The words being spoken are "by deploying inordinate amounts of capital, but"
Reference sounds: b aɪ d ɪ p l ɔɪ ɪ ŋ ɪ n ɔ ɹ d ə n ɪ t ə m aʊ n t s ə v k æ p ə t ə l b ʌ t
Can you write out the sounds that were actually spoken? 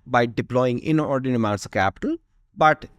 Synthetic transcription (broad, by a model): b aɪ d ɪ p l ɔɪ ɪ ŋ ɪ n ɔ ɹ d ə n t m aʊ t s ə k æ p ə t ə l b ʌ t